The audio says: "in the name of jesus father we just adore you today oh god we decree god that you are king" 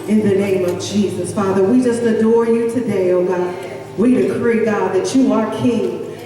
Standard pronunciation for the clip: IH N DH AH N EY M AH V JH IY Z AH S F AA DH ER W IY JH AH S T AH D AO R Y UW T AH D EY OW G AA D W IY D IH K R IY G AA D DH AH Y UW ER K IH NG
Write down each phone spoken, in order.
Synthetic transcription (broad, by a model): IH N DH AH N EY M AH V JH IY Z AH S F AA DH ER W IY JH AH S T AH D AO R Y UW T AH D EY OW G AA D W IY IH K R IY G AA D DH AH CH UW ER K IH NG